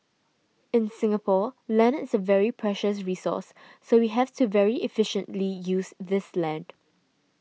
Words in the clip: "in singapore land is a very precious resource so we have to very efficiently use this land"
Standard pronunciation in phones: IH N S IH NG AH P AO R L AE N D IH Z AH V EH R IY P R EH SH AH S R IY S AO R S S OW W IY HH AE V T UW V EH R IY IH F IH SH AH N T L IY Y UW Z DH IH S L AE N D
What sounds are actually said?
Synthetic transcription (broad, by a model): IH N S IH NG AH P AO L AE N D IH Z AH V EH R IY P R EH SH AH S R IY S AO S S OW W IY HH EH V T UW V EH R IY IH F IH SH AH N T L IY Y UW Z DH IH S L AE N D